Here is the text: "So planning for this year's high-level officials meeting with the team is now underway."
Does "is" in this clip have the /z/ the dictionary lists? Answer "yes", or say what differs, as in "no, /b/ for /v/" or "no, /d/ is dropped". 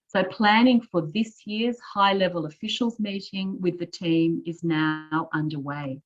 yes